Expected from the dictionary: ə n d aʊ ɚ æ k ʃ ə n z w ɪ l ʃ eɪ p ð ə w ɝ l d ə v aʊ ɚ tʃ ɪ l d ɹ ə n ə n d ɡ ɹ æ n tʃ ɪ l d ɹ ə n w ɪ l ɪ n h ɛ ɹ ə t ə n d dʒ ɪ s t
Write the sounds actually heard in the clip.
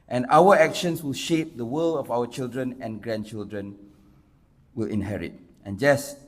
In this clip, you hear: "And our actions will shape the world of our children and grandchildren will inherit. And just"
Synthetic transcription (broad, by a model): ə n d aʊ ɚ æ k ʃ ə n s w ɪ l ʃ eɪ p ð ə w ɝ l ə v aʊ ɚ tʃ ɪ l d ɹ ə n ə n ɡ ɹ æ n tʃ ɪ l d ɹ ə n w ɪ l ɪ n h ɛ ɹ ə t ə n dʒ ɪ s